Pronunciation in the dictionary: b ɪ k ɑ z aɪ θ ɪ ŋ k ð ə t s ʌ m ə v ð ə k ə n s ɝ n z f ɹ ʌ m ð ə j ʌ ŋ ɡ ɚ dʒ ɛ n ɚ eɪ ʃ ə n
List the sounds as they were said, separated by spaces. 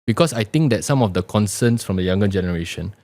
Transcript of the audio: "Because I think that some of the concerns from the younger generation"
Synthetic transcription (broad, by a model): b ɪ k ɑ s aɪ t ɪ ŋ k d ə t s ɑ m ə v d ə k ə n s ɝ n s f ɹ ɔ m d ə j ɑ ŋ ɡ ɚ dʒ ɛ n ɚ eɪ ʃ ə n